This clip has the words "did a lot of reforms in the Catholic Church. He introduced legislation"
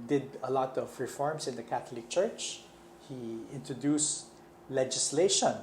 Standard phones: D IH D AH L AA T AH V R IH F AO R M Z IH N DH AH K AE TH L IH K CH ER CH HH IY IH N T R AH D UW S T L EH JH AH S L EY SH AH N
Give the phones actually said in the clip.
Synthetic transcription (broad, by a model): D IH D AH L AA T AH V R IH F AO R M S IH N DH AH K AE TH L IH K CH ER CH HH IY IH N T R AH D UW S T L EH JH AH S L EY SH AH N